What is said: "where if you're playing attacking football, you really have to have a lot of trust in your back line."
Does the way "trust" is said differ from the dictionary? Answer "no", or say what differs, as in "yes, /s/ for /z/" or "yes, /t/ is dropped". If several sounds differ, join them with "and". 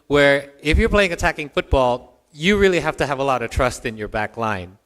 no